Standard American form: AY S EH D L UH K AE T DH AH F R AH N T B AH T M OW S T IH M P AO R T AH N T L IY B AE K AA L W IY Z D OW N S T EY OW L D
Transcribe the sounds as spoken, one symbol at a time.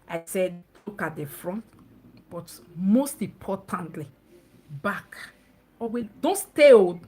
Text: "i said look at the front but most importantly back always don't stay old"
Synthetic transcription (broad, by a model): AY S EH D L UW K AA T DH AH F R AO N T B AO T M OW S T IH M P AO T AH N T L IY B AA K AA W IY D OW N S T EY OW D